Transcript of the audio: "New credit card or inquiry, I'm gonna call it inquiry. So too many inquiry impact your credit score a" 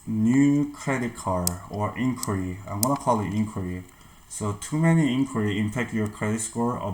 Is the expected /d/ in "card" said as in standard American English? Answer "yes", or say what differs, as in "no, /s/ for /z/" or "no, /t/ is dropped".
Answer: no, /d/ is dropped